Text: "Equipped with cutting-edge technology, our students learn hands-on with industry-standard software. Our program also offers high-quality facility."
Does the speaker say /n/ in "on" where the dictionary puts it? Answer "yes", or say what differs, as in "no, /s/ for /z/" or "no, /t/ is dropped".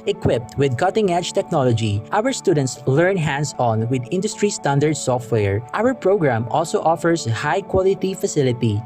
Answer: yes